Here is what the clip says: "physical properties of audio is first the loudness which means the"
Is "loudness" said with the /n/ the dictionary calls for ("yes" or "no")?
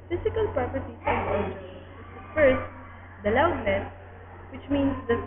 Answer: no